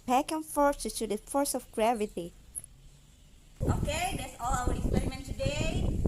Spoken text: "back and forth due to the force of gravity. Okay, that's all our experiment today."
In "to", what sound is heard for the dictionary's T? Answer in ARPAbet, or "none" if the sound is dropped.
S